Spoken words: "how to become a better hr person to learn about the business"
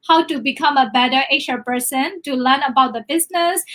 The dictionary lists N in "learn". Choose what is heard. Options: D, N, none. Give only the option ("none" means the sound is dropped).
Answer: N